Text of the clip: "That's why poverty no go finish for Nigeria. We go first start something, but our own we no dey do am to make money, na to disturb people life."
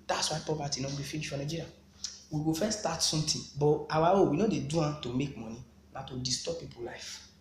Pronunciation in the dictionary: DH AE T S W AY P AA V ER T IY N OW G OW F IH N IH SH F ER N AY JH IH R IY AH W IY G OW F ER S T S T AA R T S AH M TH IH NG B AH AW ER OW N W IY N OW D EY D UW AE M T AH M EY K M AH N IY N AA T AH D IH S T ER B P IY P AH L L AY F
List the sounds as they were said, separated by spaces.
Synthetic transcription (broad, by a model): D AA T S W AY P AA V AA T IY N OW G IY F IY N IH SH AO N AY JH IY R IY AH W IY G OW F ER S S T AA T S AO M T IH B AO AW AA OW W IY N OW D EY D UW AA T AH M EY K M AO N IY N AA T AH D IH S T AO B P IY P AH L L AY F